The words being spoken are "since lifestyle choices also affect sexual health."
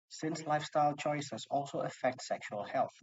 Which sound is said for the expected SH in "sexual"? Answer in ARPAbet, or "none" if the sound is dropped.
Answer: SH